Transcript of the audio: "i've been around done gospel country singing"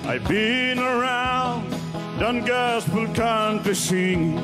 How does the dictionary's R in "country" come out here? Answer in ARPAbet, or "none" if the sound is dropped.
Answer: none